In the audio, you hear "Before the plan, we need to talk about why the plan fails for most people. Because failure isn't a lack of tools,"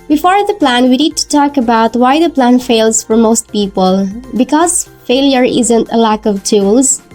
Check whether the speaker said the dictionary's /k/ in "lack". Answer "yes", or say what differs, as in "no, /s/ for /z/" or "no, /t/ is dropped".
yes